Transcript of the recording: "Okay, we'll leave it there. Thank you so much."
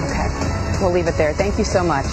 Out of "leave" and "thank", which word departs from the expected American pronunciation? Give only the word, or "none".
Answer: none